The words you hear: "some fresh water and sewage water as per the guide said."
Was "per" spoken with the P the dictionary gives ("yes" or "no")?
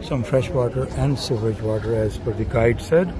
no